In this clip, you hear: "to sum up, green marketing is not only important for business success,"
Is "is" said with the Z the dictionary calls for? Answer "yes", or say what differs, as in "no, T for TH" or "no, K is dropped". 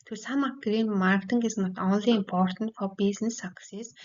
no, S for Z